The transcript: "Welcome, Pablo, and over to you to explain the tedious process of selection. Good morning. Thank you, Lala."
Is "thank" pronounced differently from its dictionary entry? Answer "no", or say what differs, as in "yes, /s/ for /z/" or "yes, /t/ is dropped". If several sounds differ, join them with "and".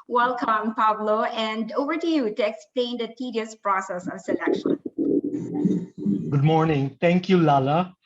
yes, /t/ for /θ/